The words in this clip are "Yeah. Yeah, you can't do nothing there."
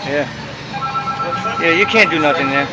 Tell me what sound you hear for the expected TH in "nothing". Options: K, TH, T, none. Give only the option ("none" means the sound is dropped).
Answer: T